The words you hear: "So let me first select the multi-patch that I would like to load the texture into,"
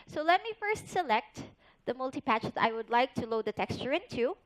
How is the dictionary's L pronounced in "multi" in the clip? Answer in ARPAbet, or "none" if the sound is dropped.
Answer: L